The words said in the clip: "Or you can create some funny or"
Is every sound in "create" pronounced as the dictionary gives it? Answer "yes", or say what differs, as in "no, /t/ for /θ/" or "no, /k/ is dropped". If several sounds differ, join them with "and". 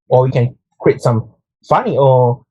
no, /w/ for /ɹ/